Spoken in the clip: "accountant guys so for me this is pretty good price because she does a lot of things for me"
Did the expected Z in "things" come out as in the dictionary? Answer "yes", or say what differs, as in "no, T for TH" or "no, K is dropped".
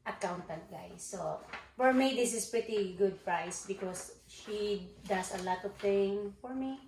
no, Z is dropped